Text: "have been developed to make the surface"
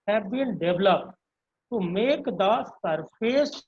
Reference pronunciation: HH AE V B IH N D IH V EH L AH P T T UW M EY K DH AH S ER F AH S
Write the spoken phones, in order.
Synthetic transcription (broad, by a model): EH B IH L D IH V L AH P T T UW M EY K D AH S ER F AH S